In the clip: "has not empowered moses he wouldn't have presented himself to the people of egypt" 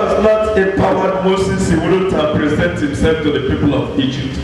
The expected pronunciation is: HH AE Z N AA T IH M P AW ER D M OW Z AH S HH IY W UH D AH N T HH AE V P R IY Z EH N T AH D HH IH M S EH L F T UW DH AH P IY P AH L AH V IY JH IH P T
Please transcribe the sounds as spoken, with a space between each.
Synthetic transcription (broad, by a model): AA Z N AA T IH P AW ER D M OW S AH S HH IY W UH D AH T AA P R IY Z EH N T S HH IH M S EH L F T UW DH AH P IY P AH L AH V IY JH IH P T